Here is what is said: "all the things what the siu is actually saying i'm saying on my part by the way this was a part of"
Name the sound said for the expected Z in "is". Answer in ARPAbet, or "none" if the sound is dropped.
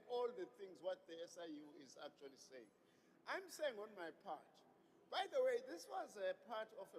Z